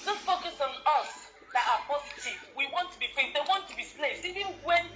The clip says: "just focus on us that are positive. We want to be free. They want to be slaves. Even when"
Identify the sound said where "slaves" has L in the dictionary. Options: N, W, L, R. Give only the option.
N